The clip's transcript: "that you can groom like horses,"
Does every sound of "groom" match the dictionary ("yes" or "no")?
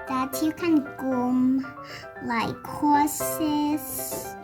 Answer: no